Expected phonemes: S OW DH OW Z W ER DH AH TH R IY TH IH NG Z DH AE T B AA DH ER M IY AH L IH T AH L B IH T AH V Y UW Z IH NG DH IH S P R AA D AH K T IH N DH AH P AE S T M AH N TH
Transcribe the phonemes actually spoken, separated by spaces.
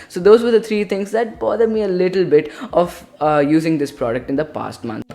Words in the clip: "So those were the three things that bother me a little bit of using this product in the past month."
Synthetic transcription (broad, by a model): S OW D OW Z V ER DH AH T R IY T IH NG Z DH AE T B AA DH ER M IY AH L IH T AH L B IH T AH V Y UW Z IH NG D IH S P R AA D AH K T IH N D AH P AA S T M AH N